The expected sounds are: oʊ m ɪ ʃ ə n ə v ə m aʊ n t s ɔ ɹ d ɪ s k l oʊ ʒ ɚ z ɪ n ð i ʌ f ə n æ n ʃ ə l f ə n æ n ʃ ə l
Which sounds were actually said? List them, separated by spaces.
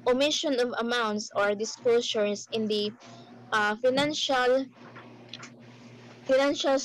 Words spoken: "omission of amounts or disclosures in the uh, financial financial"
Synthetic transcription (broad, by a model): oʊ m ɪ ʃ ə n ə v ə m aʊ n t s ɔ ɹ d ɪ s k l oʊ s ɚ s ɪ n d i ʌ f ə n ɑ n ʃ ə l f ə n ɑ n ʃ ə l